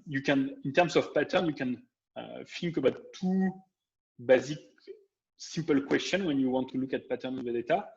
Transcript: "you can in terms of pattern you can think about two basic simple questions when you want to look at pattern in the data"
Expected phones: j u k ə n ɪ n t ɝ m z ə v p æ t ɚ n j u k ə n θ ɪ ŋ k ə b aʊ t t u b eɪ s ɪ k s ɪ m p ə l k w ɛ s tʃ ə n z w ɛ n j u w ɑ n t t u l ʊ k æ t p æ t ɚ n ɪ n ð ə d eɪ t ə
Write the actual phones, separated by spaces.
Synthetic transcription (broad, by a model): j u k ə n ɪ n t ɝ m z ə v p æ t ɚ n j u k ə n f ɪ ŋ k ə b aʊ t t u b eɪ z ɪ k s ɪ m p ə l k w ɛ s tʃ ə n w ɛ n j u w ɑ n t t u l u k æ t p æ t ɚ ɪ n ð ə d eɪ t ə